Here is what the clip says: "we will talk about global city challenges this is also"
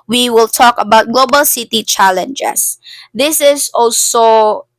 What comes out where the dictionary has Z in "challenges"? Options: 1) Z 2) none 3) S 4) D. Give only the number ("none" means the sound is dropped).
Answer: 3